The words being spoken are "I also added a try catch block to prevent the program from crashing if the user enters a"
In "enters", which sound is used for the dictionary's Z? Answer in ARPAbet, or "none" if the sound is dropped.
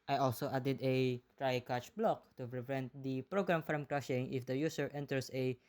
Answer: S